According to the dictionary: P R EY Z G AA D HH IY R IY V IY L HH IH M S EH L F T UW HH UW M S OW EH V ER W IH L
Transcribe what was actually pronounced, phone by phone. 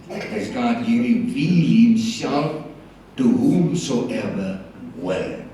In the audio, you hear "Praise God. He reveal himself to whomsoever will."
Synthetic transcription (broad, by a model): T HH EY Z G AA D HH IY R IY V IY HH IH M S EH L F T UW HH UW M S OW EH V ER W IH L